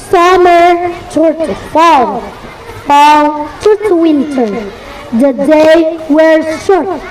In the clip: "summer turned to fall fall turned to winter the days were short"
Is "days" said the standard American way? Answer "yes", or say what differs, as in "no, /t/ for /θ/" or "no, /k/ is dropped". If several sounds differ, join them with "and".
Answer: no, /z/ is dropped